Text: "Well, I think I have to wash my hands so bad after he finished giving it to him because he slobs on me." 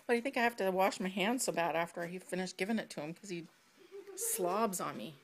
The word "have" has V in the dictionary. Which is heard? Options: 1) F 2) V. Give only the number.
1